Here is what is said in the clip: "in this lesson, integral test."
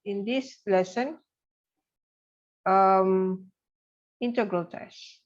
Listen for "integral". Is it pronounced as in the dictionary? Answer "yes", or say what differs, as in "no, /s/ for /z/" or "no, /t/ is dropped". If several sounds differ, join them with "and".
yes